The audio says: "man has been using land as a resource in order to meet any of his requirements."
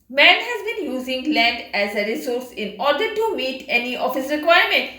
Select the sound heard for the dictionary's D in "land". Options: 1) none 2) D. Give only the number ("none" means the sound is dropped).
2